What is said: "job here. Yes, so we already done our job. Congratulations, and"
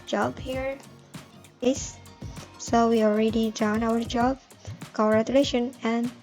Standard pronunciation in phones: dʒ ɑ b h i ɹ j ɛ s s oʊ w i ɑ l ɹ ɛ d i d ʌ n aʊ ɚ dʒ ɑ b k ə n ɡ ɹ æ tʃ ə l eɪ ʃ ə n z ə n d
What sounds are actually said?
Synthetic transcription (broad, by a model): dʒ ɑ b h i ɹ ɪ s s oʊ w i ɑ l ɹ ɛ d i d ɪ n aʊ ɚ dʒ ɑ b k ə ɡ ɹ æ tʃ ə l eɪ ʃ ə n ə n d